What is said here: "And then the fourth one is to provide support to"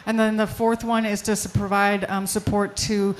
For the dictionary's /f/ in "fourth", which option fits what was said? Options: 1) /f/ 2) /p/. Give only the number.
1